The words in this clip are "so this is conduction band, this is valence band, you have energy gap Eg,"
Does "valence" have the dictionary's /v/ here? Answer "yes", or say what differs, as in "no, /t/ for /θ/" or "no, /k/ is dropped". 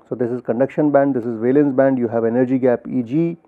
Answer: yes